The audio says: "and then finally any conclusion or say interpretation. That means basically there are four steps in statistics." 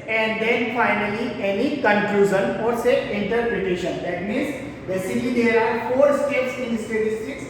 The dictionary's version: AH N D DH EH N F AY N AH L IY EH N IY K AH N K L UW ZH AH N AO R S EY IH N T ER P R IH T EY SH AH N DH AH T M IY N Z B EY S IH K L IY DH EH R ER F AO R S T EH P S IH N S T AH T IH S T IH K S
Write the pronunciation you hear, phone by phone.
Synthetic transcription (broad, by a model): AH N D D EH N F AY N AH L IY EH N IY K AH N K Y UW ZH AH N AO R S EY IH N T ER P R IH T EY SH AH N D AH T M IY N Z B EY S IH L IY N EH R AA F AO R S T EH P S IH N S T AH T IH S T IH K S